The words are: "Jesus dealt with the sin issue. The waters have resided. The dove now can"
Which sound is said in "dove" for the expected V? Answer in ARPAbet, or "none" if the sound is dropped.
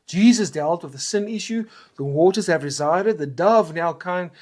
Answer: V